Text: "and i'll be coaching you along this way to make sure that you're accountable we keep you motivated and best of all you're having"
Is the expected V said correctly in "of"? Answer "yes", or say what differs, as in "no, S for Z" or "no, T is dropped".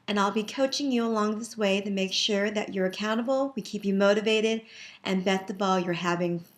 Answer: no, B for V